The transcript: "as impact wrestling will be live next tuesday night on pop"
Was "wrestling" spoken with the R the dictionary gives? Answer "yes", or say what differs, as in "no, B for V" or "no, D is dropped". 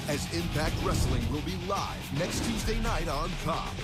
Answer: yes